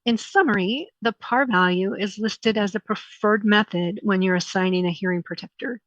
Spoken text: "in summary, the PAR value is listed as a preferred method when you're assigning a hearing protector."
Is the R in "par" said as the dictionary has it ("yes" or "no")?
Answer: yes